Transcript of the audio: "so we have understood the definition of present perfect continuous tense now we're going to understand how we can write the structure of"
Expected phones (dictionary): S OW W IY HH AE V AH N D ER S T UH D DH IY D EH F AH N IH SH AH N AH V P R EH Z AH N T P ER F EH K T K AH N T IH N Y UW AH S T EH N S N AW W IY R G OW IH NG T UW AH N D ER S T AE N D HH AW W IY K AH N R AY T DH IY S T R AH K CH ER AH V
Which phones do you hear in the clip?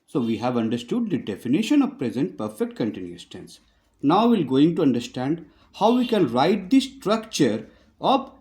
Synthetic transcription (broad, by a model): S OW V IY HH AE V AH N D ER S T UH D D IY D EH F AH N IH SH AH N AH V P R EH Z AH N T P ER F EH K T K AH N T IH N Y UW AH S T EH N S N AW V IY L G OW IH NG T UW AH N D ER S T AE N D HH AW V IY K AH N R AY T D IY S T R AH K CH ER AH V